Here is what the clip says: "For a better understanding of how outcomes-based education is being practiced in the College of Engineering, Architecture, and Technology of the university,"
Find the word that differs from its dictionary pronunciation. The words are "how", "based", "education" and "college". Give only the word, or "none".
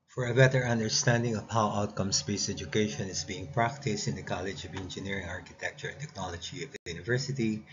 based